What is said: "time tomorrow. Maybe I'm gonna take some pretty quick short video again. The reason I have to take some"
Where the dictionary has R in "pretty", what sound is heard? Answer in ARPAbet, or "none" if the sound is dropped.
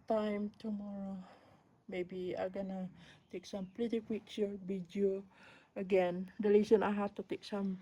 L